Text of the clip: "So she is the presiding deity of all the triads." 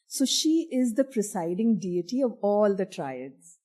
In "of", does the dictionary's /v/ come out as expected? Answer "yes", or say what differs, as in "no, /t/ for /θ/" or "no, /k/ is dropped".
yes